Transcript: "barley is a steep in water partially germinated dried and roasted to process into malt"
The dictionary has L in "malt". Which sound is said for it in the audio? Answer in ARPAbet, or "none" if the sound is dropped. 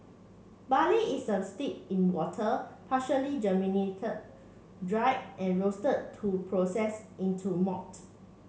none